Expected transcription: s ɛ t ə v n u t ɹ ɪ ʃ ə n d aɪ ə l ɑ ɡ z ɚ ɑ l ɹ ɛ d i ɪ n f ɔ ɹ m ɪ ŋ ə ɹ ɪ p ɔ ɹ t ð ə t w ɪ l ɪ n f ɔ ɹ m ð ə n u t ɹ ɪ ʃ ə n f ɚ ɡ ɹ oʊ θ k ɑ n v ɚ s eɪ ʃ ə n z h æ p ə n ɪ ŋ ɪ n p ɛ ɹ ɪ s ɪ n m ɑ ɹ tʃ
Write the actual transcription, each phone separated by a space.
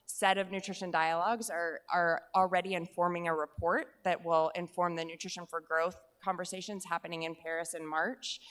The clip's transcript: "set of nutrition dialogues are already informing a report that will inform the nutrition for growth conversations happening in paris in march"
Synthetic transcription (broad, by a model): s ɛ t ə v n u t ɹ ɪ ʃ ə n d aɪ ə l ɑ ɡ z ɚ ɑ l ɹ ɛ d i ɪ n f ɔ ɹ m ɪ ŋ ə ɹ ɪ p ɔ ɹ t ð ə t w ɪ l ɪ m f ɔ ɹ m ð ə n u t ɹ ɪ ʃ ə n f ɚ ɡ ɹ oʊ θ k ɑ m v ɚ s eɪ ʃ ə n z h æ p ə n ɪ ŋ ɪ n p ɛ ɹ ɪ s ɪ n m ɑ ɹ tʃ